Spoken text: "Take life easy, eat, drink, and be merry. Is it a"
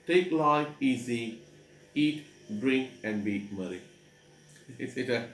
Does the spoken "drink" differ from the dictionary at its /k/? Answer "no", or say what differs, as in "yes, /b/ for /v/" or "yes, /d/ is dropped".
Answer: no